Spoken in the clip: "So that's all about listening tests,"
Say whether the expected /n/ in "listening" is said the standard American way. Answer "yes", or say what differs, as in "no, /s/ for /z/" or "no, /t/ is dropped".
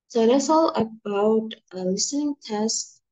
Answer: yes